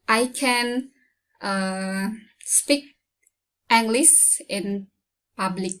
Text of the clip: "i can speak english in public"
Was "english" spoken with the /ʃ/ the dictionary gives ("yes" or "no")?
no